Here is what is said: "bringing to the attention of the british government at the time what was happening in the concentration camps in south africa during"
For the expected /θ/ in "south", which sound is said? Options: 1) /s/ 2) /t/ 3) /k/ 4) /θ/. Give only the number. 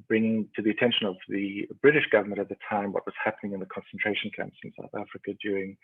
4